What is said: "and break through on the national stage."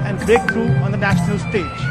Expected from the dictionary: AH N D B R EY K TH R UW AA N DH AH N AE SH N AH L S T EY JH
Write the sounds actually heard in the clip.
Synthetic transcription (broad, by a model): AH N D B EY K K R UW AA N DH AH N AE SH N AH L S T EY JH